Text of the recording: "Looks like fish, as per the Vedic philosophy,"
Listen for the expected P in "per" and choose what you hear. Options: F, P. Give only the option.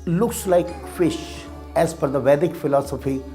F